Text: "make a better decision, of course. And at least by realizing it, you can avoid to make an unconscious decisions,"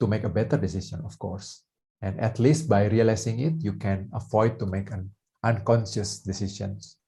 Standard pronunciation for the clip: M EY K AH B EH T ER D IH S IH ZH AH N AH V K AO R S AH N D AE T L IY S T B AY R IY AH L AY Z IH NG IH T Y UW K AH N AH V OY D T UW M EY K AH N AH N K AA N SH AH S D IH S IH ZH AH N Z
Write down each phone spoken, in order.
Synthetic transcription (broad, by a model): M EY K AH B EH T ER D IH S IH S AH N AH F K AO R S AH N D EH T L IY S T B AY R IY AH L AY S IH NG IH T Y UW K AH N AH F OY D T UW M EY K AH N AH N K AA N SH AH S D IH S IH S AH N